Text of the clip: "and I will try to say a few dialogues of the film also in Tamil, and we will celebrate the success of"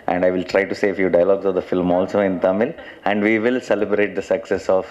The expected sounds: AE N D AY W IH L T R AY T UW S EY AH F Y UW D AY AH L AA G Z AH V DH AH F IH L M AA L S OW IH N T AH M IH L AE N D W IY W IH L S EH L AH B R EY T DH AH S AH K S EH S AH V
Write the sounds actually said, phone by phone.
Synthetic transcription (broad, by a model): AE N D AY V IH L T R AY T UW S EY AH F Y UW D AY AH L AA G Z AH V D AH F IH L M AA L S OW IH N T AH M IH L AE N D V IY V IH L S EH L AH B R EY T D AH S AH K S EH S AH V